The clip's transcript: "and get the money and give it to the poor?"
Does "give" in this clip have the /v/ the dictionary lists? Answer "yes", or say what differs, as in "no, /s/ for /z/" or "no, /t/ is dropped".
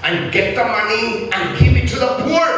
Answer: no, /p/ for /v/